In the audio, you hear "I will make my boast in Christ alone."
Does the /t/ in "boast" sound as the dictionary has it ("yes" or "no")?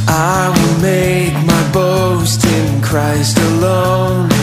yes